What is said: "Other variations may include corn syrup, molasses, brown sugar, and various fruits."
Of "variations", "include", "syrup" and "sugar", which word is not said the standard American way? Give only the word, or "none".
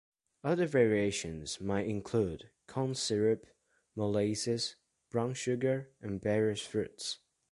none